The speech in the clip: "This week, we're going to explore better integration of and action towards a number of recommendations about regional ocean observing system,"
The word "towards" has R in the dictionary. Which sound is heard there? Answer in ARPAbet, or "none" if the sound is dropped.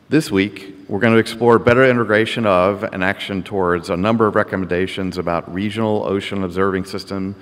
R